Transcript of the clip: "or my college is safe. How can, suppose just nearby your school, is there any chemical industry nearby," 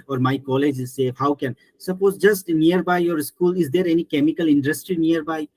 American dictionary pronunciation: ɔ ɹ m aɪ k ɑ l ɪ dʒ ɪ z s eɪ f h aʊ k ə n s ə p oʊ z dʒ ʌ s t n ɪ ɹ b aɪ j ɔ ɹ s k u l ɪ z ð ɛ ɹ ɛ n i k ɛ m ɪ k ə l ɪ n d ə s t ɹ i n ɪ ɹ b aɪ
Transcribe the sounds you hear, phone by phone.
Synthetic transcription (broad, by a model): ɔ ɹ m aɪ k ɑ l ɪ dʒ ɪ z s eɪ h aʊ k ə n s ə p oʊ z dʒ ʌ s t n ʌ ɹ b aɪ j ɔ ɹ s k u l ɪ z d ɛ ɹ ɛ n i k ɛ m ɪ k ə l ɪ n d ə s t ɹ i n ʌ ɹ b aɪ